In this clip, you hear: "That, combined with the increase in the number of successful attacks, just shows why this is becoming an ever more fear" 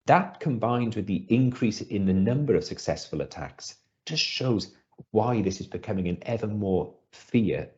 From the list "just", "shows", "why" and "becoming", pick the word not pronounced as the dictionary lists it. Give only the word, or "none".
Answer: none